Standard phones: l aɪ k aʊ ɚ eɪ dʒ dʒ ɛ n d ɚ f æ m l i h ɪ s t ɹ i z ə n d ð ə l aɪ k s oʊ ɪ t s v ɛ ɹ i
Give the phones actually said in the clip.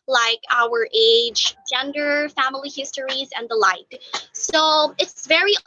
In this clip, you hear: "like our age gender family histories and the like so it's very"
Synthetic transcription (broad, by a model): l aɪ k aʊ ɚ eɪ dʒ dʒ ɛ n d ɚ f æ m l i h ɪ s t ɹ i z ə n ð ə l aɪ k s oʊ ɪ t s v ɛ ɹ i